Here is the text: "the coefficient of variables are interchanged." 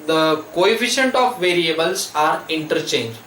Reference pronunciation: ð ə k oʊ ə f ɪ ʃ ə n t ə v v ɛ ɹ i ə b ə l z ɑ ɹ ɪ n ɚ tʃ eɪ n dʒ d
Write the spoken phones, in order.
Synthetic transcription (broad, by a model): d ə k oʊ ə f ɪ ʃ ə n t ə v v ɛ ɹ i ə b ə l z ɑ ɹ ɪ n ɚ tʃ eɪ n dʒ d